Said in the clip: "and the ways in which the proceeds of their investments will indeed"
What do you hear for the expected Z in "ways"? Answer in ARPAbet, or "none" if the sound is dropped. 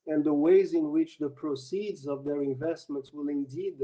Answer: Z